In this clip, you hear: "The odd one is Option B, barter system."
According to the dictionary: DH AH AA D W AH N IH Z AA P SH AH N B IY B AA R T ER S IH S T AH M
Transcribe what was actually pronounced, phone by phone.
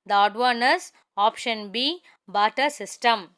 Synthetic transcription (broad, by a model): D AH AA D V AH N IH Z AA P SH AH N B IY B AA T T S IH S T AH M